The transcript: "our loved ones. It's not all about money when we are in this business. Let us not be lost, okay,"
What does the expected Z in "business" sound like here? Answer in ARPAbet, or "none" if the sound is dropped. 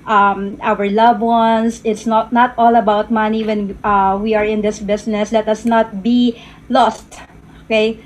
S